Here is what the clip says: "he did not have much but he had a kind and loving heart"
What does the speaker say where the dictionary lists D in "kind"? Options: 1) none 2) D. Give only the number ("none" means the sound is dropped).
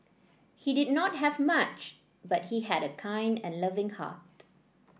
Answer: 2